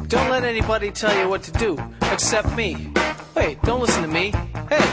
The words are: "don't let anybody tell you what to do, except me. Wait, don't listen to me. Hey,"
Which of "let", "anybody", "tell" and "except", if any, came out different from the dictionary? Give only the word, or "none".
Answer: none